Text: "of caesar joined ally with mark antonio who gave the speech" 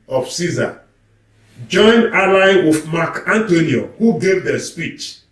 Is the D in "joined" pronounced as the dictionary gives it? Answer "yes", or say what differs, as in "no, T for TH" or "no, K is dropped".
no, D is dropped